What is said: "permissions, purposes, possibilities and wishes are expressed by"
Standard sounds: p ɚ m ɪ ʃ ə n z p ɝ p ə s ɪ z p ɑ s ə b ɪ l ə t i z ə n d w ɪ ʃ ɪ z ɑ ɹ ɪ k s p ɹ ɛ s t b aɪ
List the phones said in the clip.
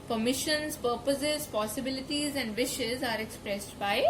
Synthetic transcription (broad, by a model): p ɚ m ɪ ʃ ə n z p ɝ p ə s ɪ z p ɑ s ə b ɪ l ə t i z ə n d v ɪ ʃ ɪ z ɑ ɹ ɪ k s p ɹ ɛ s t b aɪ